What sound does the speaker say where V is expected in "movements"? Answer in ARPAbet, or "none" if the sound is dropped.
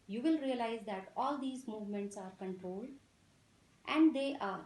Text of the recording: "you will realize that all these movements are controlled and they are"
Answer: V